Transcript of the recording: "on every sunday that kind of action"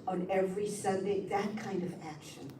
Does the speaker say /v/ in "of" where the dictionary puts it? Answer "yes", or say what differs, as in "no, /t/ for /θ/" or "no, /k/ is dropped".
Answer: yes